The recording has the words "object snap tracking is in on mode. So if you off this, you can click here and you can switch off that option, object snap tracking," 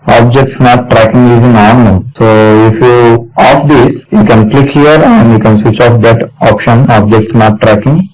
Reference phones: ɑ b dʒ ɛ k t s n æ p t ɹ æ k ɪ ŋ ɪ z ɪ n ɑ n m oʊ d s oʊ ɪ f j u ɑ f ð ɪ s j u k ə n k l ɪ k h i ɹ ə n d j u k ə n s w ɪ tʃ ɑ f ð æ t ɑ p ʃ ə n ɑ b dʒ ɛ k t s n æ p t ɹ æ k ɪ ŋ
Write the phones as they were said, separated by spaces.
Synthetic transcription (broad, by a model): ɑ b dʒ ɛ k t s n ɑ t ɹ æ k ɪ ŋ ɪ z ɪ n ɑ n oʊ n s oʊ ɪ f j u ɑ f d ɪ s j u k ə n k l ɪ k h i ɹ ə n d j u k ə n s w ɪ tʃ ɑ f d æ t ɑ p ʃ ə n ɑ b dʒ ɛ k t s n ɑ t ɹ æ k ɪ ŋ